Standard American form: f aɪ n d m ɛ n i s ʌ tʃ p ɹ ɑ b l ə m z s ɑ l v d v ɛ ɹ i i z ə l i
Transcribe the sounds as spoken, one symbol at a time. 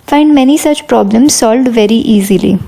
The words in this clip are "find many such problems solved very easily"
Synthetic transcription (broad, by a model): f aɪ n d m ɛ n i s ʌ tʃ p ɹ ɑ b l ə m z s ɑ l v d v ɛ ɹ i i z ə l i